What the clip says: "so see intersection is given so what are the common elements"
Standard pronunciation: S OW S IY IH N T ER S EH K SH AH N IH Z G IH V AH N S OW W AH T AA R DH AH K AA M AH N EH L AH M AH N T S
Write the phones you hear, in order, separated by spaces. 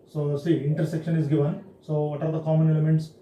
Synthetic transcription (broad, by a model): S OW S IY IH N T ER S EH K SH AH N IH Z G IH V AH N S OW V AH T AA R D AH K AA M AH N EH L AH M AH N T S